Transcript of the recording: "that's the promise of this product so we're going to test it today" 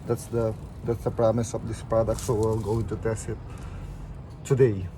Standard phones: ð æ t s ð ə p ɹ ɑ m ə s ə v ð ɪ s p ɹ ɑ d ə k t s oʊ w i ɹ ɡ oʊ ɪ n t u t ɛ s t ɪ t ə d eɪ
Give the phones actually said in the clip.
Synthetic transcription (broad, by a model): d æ t s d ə p ɹ ɑ m ə s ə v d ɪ s p ɹ ɑ d ə k t s oʊ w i l ɡ oʊ ɪ n t u t ɛ s t ɪ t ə d eɪ